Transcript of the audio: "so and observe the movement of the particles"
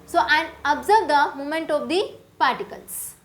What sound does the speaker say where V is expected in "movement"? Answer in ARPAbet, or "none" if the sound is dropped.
none